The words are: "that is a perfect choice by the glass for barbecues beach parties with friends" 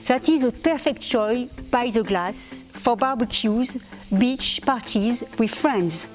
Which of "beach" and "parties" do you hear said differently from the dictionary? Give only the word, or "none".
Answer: none